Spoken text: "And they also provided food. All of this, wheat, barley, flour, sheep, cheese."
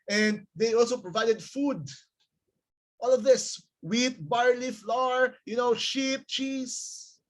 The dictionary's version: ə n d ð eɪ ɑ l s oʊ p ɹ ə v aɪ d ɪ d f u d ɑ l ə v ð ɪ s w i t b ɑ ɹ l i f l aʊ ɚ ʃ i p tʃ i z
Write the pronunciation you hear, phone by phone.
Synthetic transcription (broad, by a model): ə n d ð eɪ ɑ l s oʊ p ɹ ə v aɪ d ɪ d f u d ɑ l ə v ð ɪ s w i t b ɑ ɹ l i f l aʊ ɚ ʃ i p tʃ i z